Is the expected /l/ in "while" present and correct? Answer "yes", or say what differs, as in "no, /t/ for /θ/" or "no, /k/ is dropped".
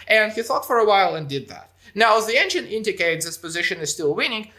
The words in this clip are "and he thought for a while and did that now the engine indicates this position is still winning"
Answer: yes